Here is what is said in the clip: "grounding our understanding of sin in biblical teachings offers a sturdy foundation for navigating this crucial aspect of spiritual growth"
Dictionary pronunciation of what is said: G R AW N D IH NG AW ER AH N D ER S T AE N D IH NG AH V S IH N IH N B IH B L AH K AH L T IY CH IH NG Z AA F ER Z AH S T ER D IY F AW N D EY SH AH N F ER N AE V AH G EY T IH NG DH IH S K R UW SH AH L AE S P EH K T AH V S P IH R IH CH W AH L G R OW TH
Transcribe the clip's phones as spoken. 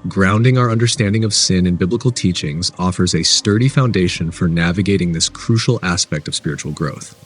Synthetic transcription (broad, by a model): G R AW N D IH NG AW ER AH N D ER S T AE N D IH NG AH V S IH N IH N B IH B L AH K L T IY CH IH NG Z AA F ER Z AH S T ER D IY F AW N D EY SH AH N F ER N AE V AH G EY T IH NG DH IH S K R UW SH L AE S P EH K T AH V S P IH R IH CH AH L G R OW TH